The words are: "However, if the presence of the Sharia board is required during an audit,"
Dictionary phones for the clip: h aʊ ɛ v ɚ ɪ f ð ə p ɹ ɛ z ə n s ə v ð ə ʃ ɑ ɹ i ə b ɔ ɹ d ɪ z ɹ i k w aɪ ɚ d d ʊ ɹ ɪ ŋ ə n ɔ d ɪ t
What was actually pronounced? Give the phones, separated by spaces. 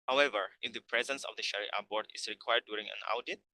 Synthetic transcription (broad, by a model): h aʊ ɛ v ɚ ɪ f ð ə p ɹ ɛ z ə n s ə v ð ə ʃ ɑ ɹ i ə b ɔ ɹ d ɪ s ɹ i k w aɪ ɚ d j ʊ ɹ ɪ ŋ ə n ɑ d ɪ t